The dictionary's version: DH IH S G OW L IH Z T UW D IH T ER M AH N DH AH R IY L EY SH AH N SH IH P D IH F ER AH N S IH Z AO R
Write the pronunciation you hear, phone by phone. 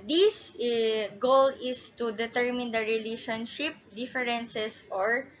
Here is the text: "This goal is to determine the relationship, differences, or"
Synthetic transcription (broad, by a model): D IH S G OW L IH S T UW D IH T ER M AH N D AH R IY L EY SH AH N SH IH P D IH F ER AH N S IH S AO R